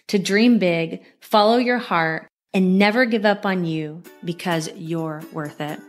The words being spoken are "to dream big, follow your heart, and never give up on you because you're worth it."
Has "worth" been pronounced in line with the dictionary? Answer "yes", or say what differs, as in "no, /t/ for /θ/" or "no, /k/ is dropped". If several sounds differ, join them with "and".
yes